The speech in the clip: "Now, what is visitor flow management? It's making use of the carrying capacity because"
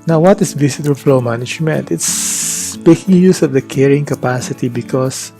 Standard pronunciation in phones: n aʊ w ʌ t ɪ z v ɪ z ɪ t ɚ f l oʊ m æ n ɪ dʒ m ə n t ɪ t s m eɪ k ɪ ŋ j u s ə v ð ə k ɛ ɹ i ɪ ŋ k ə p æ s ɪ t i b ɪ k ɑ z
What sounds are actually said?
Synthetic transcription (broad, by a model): n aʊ w ʌ t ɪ s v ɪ s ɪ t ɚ f l oʊ m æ n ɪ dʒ m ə n t ɪ t s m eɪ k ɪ ŋ j u s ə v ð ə k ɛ ɹ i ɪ ŋ k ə p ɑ s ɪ t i b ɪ k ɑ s